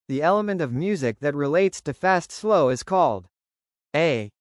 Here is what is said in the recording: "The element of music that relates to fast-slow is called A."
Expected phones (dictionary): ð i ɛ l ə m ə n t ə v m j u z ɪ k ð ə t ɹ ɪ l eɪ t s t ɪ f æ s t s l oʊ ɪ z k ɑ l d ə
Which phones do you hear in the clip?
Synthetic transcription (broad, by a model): ð i ɛ l ə m ə n t ə v m j u z ɪ k ð ə t ɹ ɪ l eɪ t s t ɪ f æ s t s l oʊ ɪ z k ɑ l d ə